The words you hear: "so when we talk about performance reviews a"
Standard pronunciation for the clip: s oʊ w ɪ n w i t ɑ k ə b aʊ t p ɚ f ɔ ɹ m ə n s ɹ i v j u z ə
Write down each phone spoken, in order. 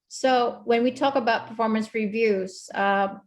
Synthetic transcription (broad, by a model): s oʊ w ɪ n w i t ɑ k ə b aʊ t p ɚ f ɔ ɹ m ə n s ɹ i v j u z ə